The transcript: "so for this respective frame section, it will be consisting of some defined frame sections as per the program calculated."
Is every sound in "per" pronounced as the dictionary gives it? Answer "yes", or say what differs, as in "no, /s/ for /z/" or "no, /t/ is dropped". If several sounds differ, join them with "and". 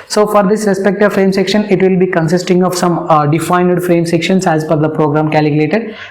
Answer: no, /f/ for /p/